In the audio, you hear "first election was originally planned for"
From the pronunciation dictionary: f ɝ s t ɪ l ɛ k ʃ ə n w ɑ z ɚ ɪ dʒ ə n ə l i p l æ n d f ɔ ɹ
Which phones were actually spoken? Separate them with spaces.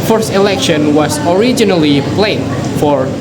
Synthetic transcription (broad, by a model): f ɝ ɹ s ɪ l ɛ k ʃ ə n w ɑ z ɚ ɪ dʒ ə n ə l i p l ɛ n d f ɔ ɹ